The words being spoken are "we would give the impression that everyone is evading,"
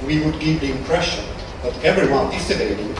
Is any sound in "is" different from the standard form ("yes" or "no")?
yes